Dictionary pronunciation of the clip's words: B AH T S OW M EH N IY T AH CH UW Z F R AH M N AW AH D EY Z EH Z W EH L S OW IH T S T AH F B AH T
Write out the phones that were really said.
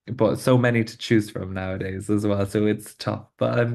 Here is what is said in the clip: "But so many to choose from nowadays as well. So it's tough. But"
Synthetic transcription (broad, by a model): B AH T S OW M EH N IY T AH CH UW Z F R AH M N AW AH D EY Z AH Z W EH L S OW IH T S T AH F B AH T